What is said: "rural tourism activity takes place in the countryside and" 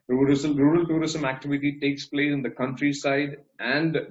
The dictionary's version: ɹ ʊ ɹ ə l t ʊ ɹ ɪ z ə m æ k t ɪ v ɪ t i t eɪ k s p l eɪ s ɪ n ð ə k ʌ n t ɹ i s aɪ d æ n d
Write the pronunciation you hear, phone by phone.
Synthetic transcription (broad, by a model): ɹ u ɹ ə l t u ɹ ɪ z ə m æ k t ɪ v ɪ t i t eɪ k s p l eɪ s ɪ n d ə k ʌ n t ɹ i s aɪ d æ n d